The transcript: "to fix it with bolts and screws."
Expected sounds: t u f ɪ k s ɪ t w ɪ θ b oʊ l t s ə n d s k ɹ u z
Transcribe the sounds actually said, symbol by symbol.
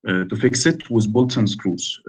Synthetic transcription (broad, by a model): t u f ɪ k s ɪ t w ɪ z b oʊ l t ə n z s k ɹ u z